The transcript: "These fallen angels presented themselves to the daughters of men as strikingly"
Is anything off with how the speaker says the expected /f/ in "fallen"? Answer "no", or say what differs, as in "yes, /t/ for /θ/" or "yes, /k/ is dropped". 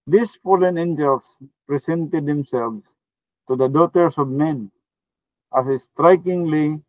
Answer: no